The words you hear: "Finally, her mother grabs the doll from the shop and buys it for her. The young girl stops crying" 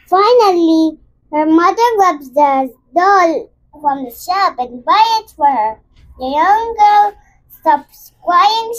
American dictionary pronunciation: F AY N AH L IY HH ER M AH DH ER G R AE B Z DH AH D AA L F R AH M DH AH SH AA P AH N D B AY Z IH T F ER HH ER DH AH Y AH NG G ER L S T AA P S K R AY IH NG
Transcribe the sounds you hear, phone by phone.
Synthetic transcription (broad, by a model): F AY N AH L IY HH ER M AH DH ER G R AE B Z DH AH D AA L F R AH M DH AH SH AA P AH N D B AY IH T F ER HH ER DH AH Y AH NG G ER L S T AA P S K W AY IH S